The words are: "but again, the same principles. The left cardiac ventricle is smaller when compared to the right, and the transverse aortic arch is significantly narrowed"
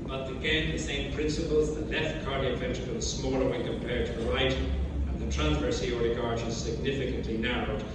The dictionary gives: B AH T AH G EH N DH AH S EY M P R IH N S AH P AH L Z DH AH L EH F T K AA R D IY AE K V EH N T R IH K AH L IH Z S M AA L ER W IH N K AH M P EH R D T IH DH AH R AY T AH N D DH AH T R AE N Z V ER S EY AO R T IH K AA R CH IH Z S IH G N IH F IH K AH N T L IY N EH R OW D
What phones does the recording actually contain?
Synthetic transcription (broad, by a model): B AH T AH G EH N DH AH S EY M P R IH N S AH P AH L Z DH AH L EH F T K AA R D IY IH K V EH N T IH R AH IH S M AA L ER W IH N K AH M P EH R D T IH DH AH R AY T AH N DH AH T R AE N Z V ER S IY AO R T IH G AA R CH IH Z S IH G N IH F IH K AH N T L IY N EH R OW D